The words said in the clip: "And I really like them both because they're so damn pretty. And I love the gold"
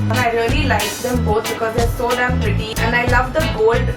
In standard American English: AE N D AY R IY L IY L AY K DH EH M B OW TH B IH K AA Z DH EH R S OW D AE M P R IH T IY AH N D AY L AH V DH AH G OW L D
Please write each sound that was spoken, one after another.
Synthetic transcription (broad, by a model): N AY R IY L IY L AY K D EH M B OW T B IH K AA Z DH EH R S OW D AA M P R IH T IY AH N D AY L AH V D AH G OW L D